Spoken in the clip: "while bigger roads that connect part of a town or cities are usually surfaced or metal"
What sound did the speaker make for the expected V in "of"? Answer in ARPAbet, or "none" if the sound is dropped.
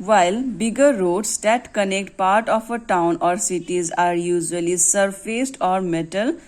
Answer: P